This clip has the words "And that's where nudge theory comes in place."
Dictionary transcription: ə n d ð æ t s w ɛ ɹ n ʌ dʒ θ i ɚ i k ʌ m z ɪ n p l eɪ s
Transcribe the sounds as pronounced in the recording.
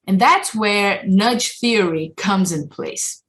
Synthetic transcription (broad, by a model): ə n ð æ t s w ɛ ɹ n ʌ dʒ θ i ɚ i k ʌ m z ɪ n p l eɪ s